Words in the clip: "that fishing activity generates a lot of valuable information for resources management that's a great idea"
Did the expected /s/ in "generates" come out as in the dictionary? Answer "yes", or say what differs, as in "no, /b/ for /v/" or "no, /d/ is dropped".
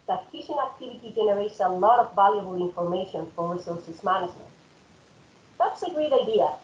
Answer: yes